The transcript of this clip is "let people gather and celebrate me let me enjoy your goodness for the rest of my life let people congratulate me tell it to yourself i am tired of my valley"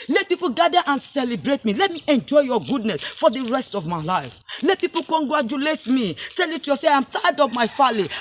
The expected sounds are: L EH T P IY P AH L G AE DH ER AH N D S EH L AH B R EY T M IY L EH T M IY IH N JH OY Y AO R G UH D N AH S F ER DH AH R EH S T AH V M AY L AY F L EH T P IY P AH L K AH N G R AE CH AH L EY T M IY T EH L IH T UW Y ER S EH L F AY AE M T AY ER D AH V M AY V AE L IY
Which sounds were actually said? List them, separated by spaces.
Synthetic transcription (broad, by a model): L EH T P IY P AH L G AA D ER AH N S EH L AH B R EY T M IY L EH T M IY IH N JH OY Y AO G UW D N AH S F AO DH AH R EH S T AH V M AY L AY F L EH T P IY P AH L K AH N G R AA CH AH L EY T M IY T EH L IH T UW Y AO S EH AY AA M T AY D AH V M AY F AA L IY